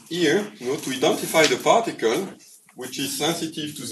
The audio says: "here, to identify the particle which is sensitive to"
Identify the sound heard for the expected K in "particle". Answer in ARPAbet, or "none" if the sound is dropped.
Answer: K